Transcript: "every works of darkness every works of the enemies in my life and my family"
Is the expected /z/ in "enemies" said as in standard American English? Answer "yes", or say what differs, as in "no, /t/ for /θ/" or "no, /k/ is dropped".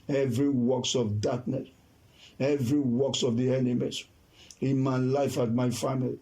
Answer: no, /s/ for /z/